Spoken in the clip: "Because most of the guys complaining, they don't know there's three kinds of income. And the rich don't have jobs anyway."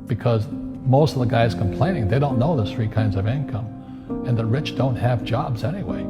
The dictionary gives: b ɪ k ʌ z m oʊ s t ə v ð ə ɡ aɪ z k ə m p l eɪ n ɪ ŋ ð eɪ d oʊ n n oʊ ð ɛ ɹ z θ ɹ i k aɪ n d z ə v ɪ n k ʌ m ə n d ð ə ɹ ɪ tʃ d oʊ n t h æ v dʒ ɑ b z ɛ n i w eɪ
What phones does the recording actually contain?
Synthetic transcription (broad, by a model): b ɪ k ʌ z m oʊ s t ə v ð ə ɡ aɪ z k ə m p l eɪ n ɪ ŋ ð eɪ d oʊ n n oʊ ð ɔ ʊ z θ ɹ i k aɪ n d z ə v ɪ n k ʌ m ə n ð ə ɹ ɪ tʃ d oʊ n t h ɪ v dʒ ɑ b z ɛ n i w eɪ